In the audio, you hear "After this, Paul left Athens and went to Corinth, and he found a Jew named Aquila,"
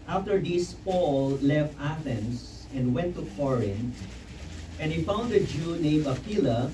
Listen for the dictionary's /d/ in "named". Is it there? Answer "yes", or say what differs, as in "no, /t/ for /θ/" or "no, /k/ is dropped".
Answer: no, /d/ is dropped